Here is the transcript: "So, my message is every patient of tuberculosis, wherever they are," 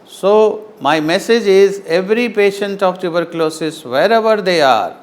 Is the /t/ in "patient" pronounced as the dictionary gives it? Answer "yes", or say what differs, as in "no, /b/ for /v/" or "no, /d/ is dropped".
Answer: yes